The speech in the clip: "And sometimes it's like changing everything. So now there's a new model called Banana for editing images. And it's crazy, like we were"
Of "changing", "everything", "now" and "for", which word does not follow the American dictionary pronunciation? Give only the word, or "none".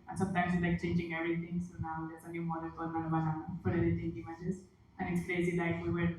everything